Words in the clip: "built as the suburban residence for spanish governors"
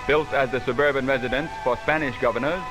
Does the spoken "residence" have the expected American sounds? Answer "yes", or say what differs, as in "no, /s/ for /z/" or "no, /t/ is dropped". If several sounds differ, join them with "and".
yes